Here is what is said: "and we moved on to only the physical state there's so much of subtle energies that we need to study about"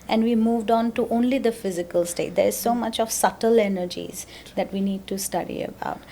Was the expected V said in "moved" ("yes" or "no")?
yes